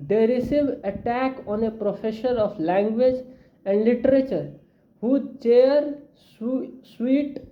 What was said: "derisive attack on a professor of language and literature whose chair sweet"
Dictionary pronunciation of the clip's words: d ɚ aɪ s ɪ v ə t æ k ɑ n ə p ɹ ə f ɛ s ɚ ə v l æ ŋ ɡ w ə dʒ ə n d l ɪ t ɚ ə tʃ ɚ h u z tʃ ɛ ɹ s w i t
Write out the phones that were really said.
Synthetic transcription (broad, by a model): d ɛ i s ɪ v ə t æ k ɑ n ə p ɹ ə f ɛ ʃ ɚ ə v l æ ŋ ɡ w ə dʒ ə n d l ɪ t ɚ ə tʃ ɚ h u tʃ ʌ ɹ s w i t